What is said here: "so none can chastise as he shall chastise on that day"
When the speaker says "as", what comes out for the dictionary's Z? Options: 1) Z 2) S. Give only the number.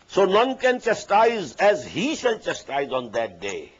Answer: 1